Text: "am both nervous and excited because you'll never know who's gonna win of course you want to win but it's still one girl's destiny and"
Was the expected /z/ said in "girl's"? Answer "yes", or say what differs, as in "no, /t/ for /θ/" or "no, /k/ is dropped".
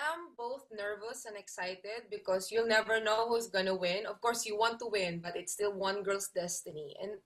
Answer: no, /s/ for /z/